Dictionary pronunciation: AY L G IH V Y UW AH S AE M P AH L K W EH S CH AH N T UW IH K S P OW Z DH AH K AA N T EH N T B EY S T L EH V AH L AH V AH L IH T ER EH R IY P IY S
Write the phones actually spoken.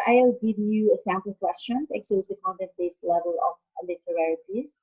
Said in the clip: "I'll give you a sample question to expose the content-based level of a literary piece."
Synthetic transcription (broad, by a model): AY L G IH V Y UW AH S AE M P AH L K W EH S CH AH N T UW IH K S OW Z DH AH K AA N T EH N T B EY S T L EH V AH L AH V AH L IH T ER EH R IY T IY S